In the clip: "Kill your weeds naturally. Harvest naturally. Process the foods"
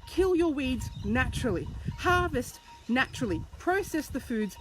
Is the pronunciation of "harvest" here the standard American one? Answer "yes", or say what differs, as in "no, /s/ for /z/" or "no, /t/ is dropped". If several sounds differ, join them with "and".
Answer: yes